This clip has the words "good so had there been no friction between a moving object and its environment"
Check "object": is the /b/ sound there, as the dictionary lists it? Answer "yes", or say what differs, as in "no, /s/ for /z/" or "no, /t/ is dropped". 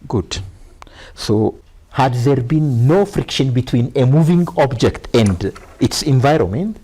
yes